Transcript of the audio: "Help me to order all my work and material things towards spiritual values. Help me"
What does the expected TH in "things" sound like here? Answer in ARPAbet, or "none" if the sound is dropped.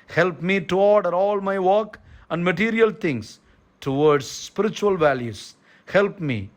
T